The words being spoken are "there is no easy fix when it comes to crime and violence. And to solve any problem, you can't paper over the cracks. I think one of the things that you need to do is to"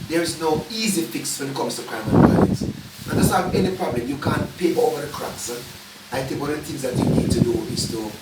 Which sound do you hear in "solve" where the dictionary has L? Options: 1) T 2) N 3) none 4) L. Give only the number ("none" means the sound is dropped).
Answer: 3